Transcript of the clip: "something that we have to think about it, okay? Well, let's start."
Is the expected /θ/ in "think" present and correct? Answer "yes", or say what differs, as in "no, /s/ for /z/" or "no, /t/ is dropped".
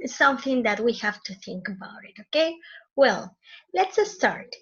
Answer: yes